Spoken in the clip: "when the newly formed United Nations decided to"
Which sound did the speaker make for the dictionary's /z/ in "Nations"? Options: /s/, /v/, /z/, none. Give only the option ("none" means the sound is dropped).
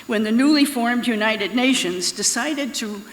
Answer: /z/